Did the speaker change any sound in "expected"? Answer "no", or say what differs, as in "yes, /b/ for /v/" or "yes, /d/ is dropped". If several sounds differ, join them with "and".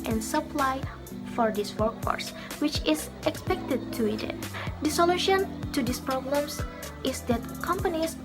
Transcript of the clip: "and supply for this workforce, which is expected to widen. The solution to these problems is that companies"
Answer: no